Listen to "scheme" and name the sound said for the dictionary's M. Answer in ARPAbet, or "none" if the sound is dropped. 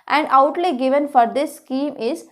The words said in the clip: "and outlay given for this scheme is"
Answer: M